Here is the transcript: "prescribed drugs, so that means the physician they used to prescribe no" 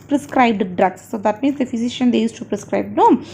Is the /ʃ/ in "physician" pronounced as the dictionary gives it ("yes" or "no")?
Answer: yes